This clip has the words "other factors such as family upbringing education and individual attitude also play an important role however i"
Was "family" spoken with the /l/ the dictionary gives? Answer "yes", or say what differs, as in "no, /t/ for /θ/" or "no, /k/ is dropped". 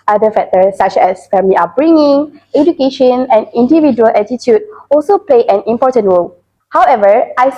no, /l/ is dropped